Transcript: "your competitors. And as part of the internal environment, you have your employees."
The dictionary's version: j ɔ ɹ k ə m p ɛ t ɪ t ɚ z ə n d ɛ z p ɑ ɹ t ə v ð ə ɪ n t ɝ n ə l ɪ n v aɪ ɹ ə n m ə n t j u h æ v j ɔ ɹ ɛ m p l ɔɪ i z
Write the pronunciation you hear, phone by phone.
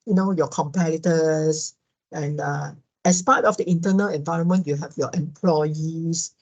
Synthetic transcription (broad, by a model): j ɔ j k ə m p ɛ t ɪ t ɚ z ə n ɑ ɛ s p ɑ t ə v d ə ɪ n t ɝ n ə l ɪ n v aɪ ɹ ə n m ə n t j u h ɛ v j ɔ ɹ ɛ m p l ɔɪ i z